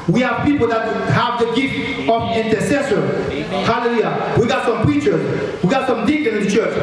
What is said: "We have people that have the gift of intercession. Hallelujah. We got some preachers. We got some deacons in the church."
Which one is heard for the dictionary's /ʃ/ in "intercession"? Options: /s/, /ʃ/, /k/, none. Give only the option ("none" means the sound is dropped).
/s/